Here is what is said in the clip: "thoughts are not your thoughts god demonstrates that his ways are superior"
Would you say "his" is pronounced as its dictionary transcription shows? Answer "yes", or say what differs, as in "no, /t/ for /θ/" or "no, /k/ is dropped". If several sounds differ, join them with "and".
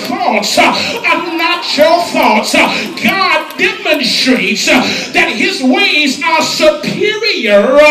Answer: yes